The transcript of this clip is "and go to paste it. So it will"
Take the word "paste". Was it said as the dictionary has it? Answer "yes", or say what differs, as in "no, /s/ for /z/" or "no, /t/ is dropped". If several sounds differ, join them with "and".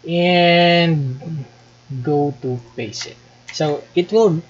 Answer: no, /t/ is dropped